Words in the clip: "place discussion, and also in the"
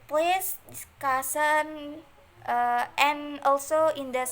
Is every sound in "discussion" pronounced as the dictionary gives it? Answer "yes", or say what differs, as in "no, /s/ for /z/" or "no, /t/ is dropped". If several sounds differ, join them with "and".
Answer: no, /s/ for /ʃ/